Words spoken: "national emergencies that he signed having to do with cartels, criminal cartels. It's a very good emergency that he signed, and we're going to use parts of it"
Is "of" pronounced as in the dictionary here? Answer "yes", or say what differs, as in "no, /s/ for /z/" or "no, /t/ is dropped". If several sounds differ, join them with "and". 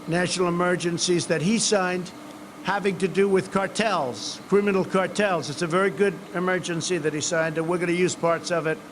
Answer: yes